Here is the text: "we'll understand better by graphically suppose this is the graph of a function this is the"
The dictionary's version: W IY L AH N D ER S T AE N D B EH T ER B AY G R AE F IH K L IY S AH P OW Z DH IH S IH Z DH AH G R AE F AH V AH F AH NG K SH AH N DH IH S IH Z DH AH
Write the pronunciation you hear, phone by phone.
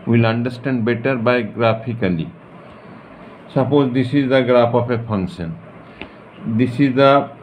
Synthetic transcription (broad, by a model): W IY L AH N D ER S T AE N D B EH T ER B AY G R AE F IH K L IY S AH P OW Z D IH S IH Z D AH G R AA P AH P AH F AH NG K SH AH N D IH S IH Z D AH